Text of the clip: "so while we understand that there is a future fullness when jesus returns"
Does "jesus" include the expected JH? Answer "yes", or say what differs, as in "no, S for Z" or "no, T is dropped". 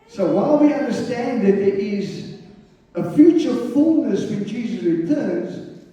yes